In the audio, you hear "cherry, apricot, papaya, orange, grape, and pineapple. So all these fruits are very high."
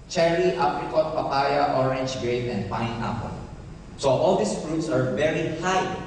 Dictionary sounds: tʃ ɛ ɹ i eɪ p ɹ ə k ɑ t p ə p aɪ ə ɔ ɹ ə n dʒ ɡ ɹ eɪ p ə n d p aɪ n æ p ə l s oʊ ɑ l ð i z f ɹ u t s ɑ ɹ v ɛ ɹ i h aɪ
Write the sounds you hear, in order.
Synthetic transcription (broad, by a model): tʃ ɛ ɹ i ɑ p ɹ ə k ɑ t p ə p aɪ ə ɔ ɹ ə n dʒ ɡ ɹ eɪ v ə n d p aɪ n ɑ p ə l s oʊ ɑ l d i s f ɹ u t s ɑ ɹ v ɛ ɹ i h aɪ